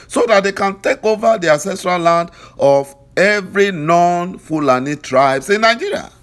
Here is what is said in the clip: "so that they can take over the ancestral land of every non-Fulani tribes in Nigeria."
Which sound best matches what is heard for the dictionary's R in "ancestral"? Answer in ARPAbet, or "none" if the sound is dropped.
R